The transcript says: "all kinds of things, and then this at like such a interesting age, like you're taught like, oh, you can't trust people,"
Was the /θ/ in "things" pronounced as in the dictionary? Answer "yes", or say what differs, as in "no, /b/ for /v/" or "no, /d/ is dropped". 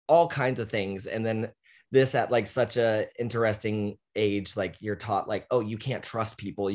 yes